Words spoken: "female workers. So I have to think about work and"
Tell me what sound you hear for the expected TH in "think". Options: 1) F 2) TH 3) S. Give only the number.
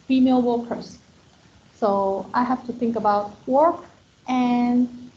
2